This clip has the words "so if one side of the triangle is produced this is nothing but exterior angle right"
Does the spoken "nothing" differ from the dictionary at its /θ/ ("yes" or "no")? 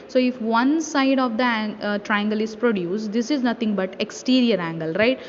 yes